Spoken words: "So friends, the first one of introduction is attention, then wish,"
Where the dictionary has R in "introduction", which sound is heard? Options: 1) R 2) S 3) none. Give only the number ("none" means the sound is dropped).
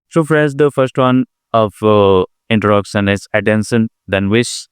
3